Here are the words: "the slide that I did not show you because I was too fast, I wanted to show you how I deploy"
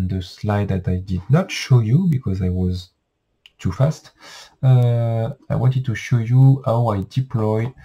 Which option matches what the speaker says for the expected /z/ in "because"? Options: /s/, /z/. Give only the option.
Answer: /z/